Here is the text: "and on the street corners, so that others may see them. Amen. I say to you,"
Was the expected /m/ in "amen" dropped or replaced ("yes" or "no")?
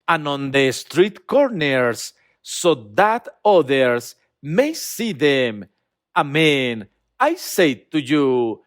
no